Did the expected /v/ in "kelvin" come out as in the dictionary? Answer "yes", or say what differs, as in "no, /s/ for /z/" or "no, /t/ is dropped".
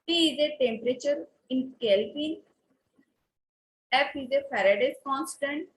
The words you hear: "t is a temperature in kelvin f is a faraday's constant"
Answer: no, /p/ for /v/